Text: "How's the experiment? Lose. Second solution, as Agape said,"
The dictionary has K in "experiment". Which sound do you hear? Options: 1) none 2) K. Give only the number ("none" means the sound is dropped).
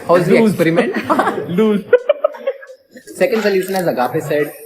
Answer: 1